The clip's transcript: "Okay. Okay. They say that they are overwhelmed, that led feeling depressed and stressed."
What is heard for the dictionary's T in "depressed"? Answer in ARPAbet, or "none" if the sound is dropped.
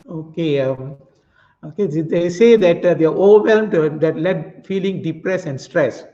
none